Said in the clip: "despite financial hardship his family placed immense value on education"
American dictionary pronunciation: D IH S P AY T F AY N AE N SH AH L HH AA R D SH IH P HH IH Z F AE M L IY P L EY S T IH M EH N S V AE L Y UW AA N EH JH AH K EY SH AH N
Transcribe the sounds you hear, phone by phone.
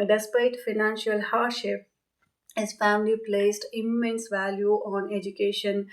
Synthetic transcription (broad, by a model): D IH S P AY T F AY N AE N SH AH L HH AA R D SH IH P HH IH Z F AE M L IY P L EY S T IH M EH N S V AE L Y UW AA N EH JH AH K EY SH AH N